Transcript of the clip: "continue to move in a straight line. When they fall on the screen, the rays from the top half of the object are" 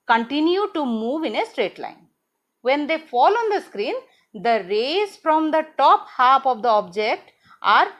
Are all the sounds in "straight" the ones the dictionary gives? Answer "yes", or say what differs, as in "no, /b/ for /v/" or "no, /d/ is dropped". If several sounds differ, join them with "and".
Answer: yes